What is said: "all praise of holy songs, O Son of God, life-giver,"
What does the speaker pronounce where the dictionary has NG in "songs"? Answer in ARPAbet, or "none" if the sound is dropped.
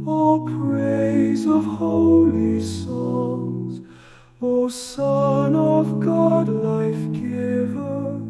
none